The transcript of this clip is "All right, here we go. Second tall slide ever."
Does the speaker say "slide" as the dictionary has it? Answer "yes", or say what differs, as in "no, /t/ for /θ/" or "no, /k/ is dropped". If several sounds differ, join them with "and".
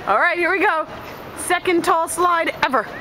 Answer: yes